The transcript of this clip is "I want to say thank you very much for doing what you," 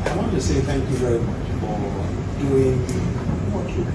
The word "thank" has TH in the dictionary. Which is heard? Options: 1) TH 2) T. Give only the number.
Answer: 1